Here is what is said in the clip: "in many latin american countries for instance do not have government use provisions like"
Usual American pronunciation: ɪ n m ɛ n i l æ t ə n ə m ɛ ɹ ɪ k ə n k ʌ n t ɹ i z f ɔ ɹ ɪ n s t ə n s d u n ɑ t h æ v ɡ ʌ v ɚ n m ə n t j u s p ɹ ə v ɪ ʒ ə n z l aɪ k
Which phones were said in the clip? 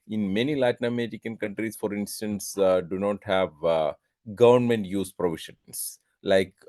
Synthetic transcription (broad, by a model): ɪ n m ɛ n i l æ t n ə m ɛ ɹ ɪ k ə n k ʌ n t ɹ i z f ɔ ɹ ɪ n s t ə n s d u n ɑ t h æ v ɡ ʌ v ɚ n m ə n t j u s p ɹ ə v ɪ ʃ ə n s l aɪ k